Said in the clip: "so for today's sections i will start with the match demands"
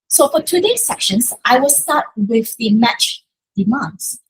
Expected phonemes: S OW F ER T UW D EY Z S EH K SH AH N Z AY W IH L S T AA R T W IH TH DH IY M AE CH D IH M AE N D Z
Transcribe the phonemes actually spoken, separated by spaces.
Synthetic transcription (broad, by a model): S OW F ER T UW D EY S EH K SH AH N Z AY W IH L S T AA T W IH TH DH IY M AE CH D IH M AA N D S